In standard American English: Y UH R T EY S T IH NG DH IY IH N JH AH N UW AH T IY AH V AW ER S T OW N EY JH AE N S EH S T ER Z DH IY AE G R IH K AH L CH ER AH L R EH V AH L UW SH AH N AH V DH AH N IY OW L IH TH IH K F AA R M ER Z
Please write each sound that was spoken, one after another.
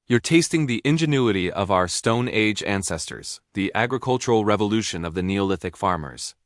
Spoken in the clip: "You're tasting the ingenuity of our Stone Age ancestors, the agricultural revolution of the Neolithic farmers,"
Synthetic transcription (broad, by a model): Y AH R T EY S T IH NG DH IY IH N JH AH N UW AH T IY AH V AW ER S T OW N EY JH AE N S EH S T ER Z DH IY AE G R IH K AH L CH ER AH L R EH V AH L UW SH AH N AH V DH AH N IY OW L IH TH IH K F AA R M ER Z